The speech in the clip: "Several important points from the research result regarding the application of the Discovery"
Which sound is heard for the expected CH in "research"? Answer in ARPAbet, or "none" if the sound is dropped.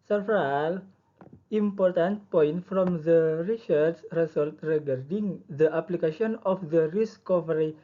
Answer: S